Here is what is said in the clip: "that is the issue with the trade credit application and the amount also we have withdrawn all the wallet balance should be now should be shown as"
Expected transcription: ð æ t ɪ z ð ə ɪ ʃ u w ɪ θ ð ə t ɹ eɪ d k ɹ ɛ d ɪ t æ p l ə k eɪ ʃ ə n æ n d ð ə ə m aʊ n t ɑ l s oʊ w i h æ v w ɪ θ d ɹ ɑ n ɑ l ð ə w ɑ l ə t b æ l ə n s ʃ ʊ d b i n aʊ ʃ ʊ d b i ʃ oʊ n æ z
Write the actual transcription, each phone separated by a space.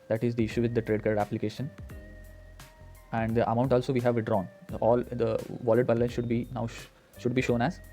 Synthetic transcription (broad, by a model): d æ t ɪ z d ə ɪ ʃ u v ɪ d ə t ɹ eɪ d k ɑ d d æ p l ə k eɪ ʃ ə n æ n d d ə ə m aʊ n t ɑ l s oʊ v i h æ v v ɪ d ɹ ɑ n ɑ l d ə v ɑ l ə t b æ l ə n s ʃ ʊ d b i n aʊ ʃ ʊ d b i ʃ oʊ n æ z